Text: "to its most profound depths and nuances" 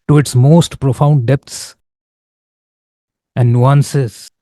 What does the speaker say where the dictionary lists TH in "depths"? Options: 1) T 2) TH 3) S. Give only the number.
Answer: 1